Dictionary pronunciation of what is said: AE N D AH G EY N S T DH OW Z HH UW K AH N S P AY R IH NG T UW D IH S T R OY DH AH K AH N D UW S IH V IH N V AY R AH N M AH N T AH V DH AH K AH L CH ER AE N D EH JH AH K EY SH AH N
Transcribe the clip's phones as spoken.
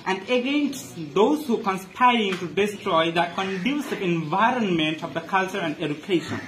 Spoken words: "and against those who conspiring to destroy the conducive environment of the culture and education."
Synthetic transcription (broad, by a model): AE N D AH G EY N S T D OW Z HH UW K AH N S P AY R IH NG T UW D IH S T R OY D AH K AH N D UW S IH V IH N V AY R AH N M AH N T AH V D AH K AH L CH ER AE N D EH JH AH K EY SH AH N